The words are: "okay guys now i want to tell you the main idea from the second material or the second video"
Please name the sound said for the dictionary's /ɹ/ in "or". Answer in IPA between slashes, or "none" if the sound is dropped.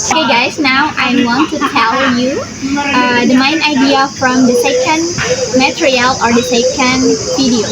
/ɹ/